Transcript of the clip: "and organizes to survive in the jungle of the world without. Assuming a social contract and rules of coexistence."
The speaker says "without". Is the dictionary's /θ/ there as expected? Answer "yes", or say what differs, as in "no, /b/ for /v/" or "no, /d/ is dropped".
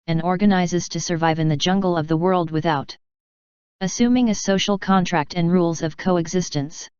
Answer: yes